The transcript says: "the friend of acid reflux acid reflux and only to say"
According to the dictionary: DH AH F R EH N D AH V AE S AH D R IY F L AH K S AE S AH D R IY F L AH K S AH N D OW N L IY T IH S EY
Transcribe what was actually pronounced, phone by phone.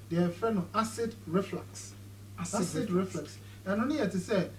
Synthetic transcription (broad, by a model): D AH F EH N AH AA S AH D R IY F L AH K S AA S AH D R IY F L AH K S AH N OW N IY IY T IH S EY